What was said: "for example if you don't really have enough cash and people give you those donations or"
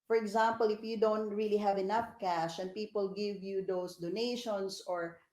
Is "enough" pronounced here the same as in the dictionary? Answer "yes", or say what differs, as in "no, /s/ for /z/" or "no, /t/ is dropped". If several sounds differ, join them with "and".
yes